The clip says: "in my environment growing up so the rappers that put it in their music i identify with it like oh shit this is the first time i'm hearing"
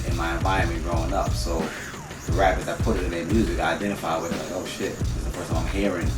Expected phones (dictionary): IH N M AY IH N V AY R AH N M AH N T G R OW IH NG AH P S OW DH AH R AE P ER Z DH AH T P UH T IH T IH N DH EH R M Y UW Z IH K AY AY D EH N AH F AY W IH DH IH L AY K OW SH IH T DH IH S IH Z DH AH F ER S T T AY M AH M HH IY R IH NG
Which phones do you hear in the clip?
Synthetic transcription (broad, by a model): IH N M AY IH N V AY AH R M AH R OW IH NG AH P S OW DH AH R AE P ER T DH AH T P UH T IH T IH N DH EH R M Y UW Z IH K AY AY D EH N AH F AY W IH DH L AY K OW SH IH T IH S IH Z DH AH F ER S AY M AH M HH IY R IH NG